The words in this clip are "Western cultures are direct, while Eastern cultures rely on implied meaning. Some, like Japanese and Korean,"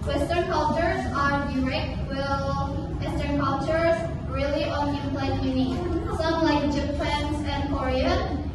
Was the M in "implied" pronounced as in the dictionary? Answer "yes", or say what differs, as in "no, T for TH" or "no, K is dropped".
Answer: no, M is dropped